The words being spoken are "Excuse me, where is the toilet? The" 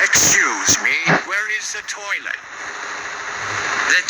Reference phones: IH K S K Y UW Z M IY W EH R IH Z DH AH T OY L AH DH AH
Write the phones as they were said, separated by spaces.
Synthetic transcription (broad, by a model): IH K S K Y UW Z M IY W EH R IH Z DH AH T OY N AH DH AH